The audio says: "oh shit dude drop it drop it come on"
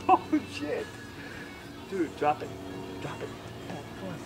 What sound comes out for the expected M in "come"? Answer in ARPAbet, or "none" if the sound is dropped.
none